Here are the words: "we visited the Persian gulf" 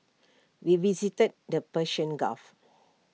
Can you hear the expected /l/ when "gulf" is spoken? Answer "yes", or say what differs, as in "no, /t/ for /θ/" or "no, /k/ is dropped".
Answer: no, /l/ is dropped